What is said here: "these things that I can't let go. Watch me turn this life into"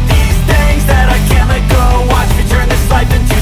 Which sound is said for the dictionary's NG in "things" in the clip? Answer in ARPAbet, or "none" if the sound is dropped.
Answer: none